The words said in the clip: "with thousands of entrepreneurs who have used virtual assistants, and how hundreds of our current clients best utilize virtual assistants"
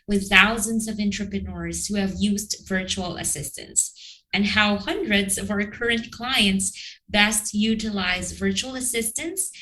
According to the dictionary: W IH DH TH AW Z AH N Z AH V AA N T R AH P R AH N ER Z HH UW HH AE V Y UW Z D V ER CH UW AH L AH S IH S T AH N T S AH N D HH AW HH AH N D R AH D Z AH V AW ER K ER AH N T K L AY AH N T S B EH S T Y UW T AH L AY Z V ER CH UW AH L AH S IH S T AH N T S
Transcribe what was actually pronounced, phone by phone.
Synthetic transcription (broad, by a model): W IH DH TH AW Z AH N Z AH V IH N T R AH P R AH N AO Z HH UW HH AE V Y UW Z D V ER CH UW L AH S IH S T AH N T S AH N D HH AW HH AH N D R AH D Z AH V AW ER K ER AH N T K L AY AH N T S B EH S T Y UW T AH L AY Z V ER CH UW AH L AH S IH S T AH N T S